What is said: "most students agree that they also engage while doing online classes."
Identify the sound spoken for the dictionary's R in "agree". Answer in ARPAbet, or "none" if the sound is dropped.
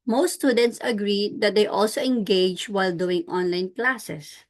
R